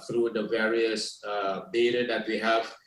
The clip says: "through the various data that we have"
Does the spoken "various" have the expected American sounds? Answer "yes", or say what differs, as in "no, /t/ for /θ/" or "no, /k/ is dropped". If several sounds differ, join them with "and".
yes